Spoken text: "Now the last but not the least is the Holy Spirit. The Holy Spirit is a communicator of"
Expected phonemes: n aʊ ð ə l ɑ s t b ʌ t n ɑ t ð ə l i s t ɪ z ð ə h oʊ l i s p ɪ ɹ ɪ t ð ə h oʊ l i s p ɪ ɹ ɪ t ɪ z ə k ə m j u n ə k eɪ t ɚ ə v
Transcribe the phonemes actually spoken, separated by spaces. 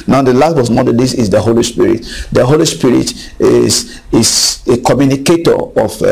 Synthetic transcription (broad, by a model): n aʊ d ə l ɑ s t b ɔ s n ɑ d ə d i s ɪ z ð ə h oʊ l i s p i ɹ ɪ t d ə h oʊ l i s p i ɹ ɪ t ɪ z ə k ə m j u n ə k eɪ t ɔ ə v